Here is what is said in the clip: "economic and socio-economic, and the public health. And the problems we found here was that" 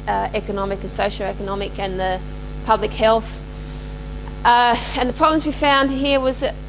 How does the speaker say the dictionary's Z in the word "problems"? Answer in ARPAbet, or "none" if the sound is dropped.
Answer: Z